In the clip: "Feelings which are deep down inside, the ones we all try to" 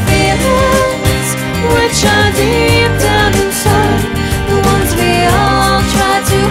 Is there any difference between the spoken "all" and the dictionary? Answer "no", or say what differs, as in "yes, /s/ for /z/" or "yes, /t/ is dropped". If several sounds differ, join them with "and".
no